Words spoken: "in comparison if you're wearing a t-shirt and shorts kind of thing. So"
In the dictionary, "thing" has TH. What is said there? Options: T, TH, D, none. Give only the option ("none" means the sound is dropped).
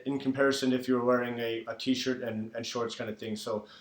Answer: TH